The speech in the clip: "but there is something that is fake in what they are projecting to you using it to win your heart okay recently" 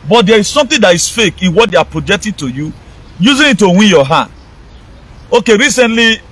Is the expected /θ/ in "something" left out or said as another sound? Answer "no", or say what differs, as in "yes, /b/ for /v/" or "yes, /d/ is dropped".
yes, /t/ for /θ/